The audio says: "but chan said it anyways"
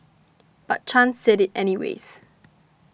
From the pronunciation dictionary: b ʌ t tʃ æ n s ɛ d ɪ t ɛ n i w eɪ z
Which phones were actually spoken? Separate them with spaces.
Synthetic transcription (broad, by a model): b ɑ t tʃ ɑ n s ɛ d ɪ t ɛ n i w eɪ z